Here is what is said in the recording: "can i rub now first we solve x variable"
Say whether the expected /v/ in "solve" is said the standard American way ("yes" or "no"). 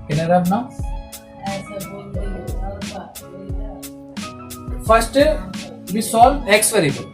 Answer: no